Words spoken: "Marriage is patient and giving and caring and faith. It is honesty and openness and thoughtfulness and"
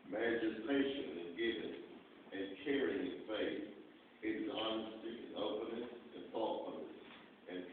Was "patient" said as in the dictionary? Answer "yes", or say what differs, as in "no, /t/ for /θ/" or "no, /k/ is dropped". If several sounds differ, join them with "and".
no, /t/ is dropped